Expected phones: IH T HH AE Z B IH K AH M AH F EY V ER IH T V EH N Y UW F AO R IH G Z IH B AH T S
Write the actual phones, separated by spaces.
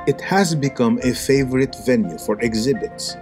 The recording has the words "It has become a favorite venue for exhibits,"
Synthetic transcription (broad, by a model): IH T HH AE Z B IH K AH M AH F EY V ER IH T V EH N Y UW F AO R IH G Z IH B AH T S